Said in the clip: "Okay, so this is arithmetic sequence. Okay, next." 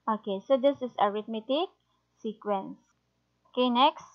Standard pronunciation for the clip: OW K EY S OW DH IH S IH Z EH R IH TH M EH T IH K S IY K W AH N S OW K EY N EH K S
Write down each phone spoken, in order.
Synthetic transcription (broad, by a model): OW K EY S OW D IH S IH S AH R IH T M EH T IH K S IY K W AH N S OW K EY N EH K S